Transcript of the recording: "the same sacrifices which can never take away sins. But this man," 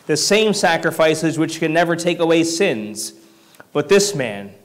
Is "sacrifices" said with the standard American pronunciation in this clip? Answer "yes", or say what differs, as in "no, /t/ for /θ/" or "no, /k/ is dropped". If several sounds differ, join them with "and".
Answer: yes